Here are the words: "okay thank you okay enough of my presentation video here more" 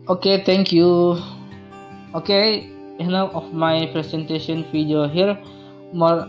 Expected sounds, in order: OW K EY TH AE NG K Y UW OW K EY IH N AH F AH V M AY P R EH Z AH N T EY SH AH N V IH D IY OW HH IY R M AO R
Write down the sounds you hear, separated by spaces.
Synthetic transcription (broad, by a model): OW K EY T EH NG K Y UW OW K EY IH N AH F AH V M AY P R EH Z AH N T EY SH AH N F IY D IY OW HH IY R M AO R